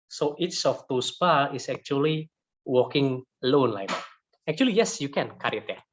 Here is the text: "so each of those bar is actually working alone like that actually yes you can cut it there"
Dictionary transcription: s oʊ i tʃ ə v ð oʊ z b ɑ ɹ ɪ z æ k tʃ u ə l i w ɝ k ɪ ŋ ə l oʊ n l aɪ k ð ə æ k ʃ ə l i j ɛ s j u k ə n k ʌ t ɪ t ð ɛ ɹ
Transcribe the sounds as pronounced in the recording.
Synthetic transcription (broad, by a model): s oʊ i s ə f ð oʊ s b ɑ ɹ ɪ s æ k tʃ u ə l i w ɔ k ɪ ŋ ə l oʊ n l aɪ k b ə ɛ k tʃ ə l i j ɛ s j u k ə n k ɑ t ɪ t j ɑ